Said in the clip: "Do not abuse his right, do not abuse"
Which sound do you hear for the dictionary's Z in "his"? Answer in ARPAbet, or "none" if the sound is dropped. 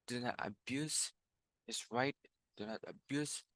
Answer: S